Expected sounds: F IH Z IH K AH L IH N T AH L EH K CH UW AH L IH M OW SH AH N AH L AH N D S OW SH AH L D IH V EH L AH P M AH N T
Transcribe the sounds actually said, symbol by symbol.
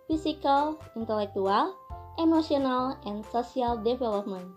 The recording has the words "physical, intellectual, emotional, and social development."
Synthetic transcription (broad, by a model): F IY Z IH K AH L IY N T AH L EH K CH UW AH L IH M OW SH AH N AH L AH N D S OW S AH L D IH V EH L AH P M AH N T